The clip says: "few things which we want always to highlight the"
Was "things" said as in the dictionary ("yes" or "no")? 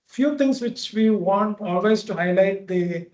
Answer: no